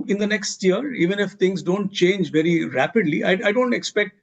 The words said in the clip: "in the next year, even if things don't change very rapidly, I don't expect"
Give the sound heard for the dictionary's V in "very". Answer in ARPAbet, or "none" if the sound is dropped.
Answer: V